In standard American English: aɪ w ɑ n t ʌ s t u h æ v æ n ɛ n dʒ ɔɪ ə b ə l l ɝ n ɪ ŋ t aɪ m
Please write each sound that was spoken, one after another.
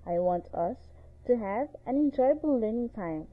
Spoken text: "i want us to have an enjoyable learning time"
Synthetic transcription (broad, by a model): aɪ w ɑ n t ʌ s t u h æ v æ n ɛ n dʒ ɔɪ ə b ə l l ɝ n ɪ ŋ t aɪ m